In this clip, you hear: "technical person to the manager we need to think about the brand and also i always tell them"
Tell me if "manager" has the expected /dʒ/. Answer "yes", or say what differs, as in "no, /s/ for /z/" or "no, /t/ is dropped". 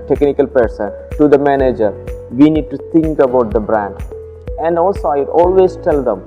yes